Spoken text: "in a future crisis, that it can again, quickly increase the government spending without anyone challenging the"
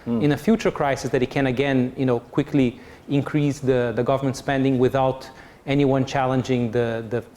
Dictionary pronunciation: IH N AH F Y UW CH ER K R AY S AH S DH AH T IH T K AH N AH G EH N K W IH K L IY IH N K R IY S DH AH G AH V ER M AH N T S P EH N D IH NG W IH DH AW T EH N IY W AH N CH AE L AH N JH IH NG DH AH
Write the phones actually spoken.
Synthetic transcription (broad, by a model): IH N AH F Y UW CH ER K R AY S AH S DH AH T IH T K AH N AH G EH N K W IH K L IY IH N K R IY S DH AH G AH V ER M AH N T S P EH N D IH NG W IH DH AW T EH N IY W AH N CH AE L AH N JH IH NG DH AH